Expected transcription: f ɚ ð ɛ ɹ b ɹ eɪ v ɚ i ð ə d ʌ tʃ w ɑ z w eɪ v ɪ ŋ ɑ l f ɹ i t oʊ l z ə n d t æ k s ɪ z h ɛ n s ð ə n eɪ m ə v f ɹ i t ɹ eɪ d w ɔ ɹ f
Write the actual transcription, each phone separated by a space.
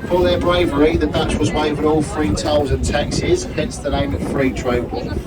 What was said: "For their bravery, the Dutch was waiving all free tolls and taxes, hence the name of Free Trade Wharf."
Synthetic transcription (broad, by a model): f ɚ ð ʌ b ɹ eɪ v ɚ i ð ə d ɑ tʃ w ɑ z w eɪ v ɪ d ɑ l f ɹ i t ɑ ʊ z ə n t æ k s ɪ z h ɛ n s ð ə n eɪ m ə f ɹ i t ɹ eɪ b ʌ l